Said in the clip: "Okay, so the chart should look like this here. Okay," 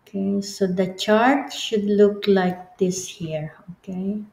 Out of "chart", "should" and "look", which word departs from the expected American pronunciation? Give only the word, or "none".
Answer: none